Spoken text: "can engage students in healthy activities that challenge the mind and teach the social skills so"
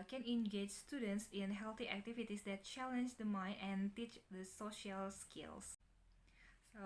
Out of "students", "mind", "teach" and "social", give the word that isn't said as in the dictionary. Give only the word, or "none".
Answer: mind